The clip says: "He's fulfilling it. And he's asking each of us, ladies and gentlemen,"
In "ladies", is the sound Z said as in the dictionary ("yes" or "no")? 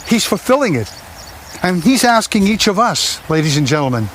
yes